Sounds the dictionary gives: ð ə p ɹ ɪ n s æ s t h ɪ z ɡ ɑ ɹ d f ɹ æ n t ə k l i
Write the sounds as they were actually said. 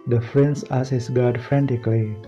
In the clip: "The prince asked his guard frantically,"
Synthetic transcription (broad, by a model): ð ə f ɹ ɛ n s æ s h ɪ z ɡ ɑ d f ɹ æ n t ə k l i